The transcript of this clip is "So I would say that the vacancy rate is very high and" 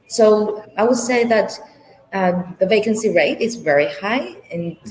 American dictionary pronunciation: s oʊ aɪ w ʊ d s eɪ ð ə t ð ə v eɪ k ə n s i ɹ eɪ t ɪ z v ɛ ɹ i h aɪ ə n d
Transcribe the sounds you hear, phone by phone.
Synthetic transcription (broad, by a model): s oʊ aɪ w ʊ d s eɪ ð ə t ð ə v eɪ k ə n s i ɹ eɪ t ɪ z v ɛ ɹ i h aɪ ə n